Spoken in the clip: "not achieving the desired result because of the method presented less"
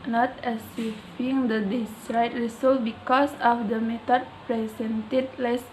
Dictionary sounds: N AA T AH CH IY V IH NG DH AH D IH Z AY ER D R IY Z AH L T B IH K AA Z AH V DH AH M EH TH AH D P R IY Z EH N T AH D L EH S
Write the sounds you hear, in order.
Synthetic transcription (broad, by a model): N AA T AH S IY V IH NG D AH D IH S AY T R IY S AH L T B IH K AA S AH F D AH M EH T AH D P R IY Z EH N T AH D L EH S